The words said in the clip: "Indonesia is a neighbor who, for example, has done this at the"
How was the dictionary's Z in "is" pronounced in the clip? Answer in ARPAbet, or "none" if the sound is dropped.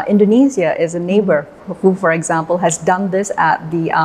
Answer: Z